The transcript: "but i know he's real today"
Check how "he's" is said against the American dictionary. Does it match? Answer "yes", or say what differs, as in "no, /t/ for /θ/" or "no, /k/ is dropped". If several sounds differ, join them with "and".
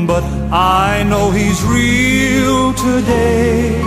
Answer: yes